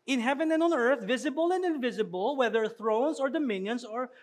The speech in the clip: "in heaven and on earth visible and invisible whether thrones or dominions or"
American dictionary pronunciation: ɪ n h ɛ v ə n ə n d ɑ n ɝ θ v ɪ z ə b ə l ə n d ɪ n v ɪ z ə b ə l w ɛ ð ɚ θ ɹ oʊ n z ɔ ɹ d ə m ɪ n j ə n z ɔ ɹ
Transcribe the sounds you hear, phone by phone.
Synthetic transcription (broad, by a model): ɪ n h ɛ v ə n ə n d ɑ n ɝ θ v ɪ z ə b ə l ə n d ɪ n v ɪ z ə b ə l w ɛ ð ɚ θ ɹ oʊ n s ɔ ɹ d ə m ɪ n j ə n s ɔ ɹ